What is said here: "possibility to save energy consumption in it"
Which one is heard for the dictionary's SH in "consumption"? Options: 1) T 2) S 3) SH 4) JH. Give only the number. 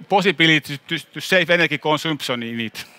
2